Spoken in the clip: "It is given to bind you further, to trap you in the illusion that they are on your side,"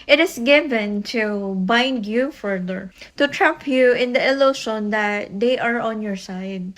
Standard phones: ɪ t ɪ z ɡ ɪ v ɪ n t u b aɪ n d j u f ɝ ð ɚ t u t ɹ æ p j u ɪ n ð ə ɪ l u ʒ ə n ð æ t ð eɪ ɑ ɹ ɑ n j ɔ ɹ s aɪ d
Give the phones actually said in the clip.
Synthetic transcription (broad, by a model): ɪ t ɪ s ɡ ɪ v ɪ n t u b aɪ n d j u f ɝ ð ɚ t u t ɹ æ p j u ɪ n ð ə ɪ l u ʃ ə n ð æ t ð eɪ ɑ ɹ ɑ n j ɔ ɹ s aɪ d